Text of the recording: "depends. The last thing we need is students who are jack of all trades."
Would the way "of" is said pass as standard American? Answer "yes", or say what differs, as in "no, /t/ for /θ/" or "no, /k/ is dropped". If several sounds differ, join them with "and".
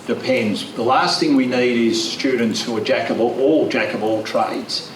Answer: no, /b/ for /v/